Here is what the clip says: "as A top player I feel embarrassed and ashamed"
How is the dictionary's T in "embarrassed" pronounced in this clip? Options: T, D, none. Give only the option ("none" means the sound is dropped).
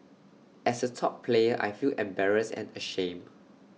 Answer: none